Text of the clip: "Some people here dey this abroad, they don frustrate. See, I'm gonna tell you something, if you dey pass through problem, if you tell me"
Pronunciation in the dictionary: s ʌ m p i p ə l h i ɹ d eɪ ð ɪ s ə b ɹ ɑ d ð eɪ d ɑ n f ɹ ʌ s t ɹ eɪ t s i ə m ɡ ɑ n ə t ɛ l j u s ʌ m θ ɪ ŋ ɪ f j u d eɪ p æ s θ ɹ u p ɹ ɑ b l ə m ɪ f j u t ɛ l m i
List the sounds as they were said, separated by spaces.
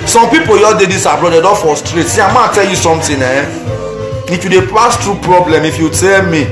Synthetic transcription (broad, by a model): s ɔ m p i p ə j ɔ d eɪ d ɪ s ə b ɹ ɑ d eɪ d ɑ f ɔ s t ɹ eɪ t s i ə m ɑ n t ɛ l j u s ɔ m t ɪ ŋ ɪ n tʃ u d eɪ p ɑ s t ɹ u p ɹ ɑ b l ə m ɪ f j u t ɛ l m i